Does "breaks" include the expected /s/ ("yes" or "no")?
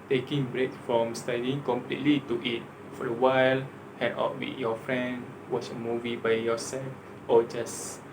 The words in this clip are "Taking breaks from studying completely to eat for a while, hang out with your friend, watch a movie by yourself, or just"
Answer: no